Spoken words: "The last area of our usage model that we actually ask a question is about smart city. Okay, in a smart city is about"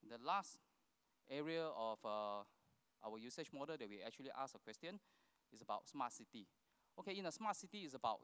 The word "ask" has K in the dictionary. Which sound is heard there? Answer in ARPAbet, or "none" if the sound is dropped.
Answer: none